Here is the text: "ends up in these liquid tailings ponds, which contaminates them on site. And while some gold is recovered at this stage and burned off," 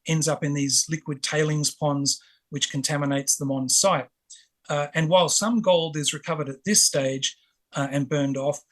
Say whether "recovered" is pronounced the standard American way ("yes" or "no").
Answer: yes